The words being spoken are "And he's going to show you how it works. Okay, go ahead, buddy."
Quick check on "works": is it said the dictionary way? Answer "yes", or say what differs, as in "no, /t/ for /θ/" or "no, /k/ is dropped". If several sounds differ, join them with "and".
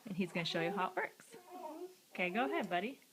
yes